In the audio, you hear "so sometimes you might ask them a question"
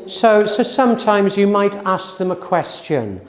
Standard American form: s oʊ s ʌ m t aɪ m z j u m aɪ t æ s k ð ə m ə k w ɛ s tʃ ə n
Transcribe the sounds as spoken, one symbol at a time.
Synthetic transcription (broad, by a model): s oʊ s ʌ m t aɪ m z j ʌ m aɪ t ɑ s k ð ə m ə k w ɛ s tʃ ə n